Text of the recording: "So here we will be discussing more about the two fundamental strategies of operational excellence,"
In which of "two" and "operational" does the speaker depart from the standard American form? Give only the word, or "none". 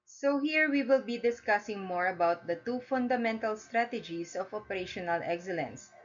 none